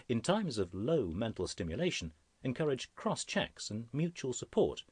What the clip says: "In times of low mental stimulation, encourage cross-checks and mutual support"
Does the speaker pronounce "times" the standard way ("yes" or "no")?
yes